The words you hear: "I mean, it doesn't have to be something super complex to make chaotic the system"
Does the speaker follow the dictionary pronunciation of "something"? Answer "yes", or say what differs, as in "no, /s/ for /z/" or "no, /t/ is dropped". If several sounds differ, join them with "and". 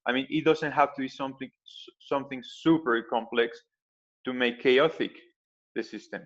yes